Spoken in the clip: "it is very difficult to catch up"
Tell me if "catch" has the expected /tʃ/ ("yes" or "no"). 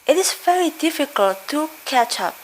yes